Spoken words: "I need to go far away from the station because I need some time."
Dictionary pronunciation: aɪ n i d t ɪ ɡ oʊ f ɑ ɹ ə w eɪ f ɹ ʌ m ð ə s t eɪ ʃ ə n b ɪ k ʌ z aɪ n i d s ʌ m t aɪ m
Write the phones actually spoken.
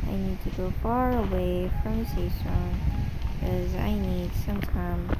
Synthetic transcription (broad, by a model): aɪ n i d t ɪ ɡ oʊ f ɑ ɹ ə w eɪ f ɹ ʌ m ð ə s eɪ s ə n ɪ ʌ z aɪ n i d s ʌ m t aɪ m